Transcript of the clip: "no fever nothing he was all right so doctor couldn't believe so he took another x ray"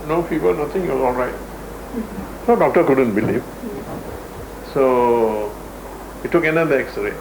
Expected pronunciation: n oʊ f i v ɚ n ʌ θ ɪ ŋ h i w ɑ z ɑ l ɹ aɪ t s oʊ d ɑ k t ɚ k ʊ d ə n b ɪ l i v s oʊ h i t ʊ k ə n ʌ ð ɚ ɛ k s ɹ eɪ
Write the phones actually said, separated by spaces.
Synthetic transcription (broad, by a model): n oʊ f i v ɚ n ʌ t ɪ ŋ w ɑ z ɑ l ɹ aɪ t s oʊ d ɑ k t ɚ k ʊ d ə n b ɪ l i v s oʊ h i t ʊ k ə n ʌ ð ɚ ɛ k s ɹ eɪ